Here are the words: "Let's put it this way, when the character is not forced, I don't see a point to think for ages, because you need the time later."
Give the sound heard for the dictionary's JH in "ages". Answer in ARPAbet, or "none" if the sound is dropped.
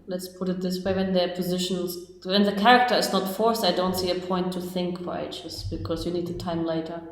CH